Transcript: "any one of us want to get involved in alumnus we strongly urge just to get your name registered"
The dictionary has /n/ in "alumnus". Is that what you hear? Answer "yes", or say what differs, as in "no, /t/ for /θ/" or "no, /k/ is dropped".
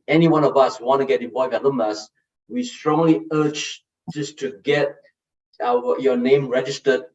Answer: no, /n/ is dropped